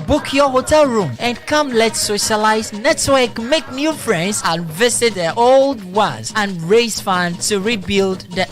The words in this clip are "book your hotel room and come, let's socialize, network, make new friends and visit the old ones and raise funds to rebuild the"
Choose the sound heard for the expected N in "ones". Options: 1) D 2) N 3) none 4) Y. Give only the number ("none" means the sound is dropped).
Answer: 3